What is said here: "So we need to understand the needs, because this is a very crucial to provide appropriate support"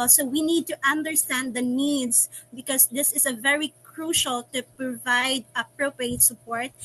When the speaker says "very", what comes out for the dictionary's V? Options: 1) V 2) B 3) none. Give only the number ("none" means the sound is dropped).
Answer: 1